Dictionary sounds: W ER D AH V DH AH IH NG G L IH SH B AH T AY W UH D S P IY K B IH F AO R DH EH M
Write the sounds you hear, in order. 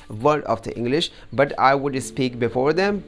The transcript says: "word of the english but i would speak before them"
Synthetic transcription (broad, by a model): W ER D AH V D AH IH NG G L IH SH B AH T AY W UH D S P IY K B IH F AO R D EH M